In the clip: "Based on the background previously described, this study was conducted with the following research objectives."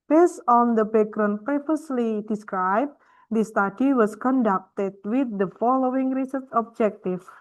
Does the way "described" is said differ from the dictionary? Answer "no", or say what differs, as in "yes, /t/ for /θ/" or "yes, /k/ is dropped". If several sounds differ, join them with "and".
no